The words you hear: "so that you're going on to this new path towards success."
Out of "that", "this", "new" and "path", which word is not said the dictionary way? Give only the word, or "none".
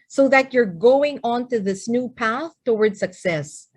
none